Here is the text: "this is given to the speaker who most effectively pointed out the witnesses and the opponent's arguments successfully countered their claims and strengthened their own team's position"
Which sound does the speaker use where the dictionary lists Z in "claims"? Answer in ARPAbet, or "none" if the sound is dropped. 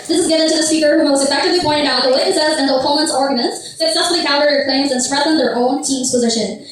Z